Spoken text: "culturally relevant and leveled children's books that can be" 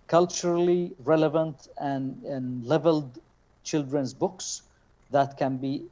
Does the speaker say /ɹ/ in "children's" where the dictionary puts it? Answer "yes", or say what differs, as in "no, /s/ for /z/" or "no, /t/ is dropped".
yes